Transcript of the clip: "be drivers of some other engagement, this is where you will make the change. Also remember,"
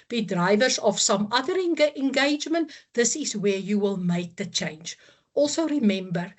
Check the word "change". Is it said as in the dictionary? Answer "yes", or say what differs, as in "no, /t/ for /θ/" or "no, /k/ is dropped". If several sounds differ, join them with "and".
yes